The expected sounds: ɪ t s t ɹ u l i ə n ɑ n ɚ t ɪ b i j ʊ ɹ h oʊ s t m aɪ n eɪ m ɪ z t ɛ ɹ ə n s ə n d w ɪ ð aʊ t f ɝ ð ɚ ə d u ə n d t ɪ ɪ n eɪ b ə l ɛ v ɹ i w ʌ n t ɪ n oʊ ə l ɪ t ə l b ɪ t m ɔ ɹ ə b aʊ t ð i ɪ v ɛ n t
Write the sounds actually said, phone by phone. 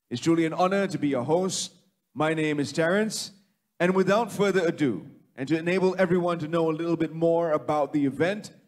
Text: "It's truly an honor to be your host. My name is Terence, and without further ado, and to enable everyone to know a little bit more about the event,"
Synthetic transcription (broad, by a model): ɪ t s t ɹ u l i ə n ɑ n ɚ t ɪ b i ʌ h oʊ s t m aɪ n eɪ m ɪ z t ɛ ɹ ə n s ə n w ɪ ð aʊ t f ɝ ð ɚ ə d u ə n t ɪ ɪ n eɪ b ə l ɛ v ɹ i w ʌ n t ɪ n oʊ ə l ɪ t l b ɪ t m ɔ ɹ ə b aʊ t ð i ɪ v ɛ n t